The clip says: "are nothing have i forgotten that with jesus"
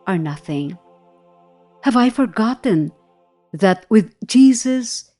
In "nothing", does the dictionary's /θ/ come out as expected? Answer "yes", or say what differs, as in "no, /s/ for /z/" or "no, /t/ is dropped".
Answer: yes